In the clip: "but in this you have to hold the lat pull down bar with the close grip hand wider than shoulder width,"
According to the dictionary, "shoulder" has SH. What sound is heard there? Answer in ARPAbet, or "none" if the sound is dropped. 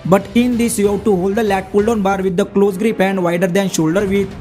SH